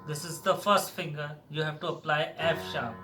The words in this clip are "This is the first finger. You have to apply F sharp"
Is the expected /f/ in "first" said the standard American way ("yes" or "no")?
yes